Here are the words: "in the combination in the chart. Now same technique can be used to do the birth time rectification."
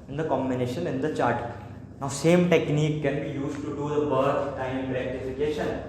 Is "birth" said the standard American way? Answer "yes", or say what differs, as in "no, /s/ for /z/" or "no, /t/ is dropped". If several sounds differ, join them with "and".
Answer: no, /t/ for /θ/